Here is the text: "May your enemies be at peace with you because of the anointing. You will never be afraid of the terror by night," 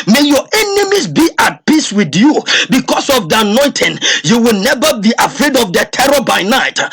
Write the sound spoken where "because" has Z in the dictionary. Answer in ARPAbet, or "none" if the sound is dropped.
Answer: S